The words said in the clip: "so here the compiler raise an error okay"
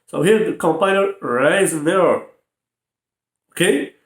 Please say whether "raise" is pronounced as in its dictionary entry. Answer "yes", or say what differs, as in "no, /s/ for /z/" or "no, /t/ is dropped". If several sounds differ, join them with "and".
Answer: no, /z/ is dropped